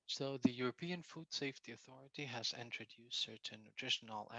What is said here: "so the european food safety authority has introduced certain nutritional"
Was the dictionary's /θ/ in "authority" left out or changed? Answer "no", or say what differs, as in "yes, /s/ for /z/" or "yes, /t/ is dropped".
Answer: no